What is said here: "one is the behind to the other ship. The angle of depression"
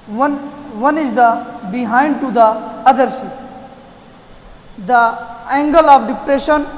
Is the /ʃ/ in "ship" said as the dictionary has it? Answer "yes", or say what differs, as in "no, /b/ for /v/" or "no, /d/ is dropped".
no, /s/ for /ʃ/